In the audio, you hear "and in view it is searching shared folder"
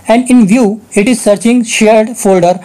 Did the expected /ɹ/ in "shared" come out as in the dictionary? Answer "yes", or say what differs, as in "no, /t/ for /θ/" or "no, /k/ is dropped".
yes